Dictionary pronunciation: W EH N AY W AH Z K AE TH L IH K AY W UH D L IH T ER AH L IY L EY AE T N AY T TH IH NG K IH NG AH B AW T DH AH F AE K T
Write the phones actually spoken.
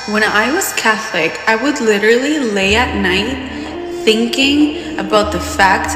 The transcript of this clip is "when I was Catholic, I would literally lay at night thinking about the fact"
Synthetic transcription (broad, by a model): W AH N AY W AH Z K AE TH L IH K AY W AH D L IH T ER L IY L EY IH T N AY T TH IH NG K IH NG AH B AW T DH AH F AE K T